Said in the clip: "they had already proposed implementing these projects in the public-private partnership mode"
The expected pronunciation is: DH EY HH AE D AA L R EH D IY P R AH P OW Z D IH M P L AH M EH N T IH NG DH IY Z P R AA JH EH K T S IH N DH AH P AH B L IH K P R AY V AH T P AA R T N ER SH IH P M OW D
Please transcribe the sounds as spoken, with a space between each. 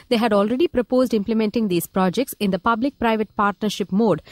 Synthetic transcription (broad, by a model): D EY HH AE D AA L R EH D IY P R AH P OW Z D IH M P L AH M EH N T IH NG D IY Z P R AA JH EH K T S IH N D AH P AH B L IH K P R AY V AH T P AA R T N ER SH IH P M OW D